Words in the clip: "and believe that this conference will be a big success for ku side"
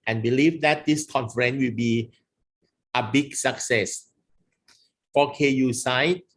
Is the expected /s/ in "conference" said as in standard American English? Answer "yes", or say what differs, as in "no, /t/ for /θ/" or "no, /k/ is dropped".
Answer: no, /s/ is dropped